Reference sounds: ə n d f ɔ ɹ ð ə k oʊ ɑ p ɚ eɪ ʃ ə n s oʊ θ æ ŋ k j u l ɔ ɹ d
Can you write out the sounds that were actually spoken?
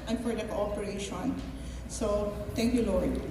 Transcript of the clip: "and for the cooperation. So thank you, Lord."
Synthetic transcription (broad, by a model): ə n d f ɔ ɹ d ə k oʊ ɑ p ɚ eɪ ʃ ə n s oʊ t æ ŋ k j u l ɔ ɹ d